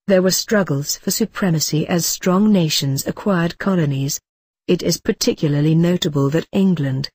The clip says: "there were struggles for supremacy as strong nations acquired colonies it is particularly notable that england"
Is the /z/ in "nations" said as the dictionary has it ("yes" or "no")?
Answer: yes